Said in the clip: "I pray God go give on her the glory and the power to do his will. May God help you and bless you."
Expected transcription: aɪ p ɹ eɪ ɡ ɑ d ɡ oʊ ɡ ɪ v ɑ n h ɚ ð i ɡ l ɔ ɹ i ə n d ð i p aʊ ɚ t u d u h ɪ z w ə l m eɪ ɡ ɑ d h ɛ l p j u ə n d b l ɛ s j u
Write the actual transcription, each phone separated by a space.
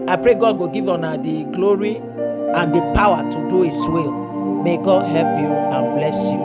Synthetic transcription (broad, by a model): aɪ p ɹ eɪ ɡ ɑ d ɡ oʊ ɡ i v ɑ n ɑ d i ɡ l ɔ ɹ i ə n d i p aʊ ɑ t u d u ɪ s w ə l m eɪ ɡ ɑ d h ɛ l p j u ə n b l ɛ s j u